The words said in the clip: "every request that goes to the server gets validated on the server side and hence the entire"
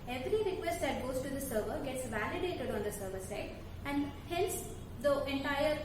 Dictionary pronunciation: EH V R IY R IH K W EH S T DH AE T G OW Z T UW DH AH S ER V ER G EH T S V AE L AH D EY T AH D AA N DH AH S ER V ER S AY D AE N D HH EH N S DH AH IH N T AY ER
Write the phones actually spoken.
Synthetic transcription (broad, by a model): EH V R IY R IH K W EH S T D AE T G OW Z T UW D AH S ER V ER G EH T S V AE L AH D EY T AH D AA N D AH S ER V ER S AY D AE N D HH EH L S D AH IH N T AY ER